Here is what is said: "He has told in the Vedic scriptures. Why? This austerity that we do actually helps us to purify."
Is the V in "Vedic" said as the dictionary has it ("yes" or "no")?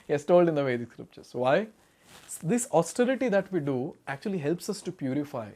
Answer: yes